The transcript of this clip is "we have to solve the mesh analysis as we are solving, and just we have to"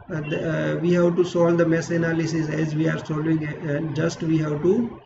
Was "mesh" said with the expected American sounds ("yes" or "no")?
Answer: no